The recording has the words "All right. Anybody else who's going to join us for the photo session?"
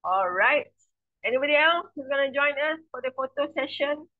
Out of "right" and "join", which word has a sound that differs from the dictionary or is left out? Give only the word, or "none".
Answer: none